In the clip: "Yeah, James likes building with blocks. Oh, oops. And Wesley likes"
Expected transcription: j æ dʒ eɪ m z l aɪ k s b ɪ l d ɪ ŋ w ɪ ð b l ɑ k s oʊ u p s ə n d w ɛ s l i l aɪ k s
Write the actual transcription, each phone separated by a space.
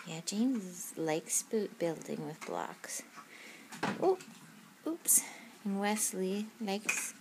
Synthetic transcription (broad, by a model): j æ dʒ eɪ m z l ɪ k s b ɪ l d ɪ ŋ w ɪ ð b l ɑ k s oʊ u p s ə n w ɛ s l i l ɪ k s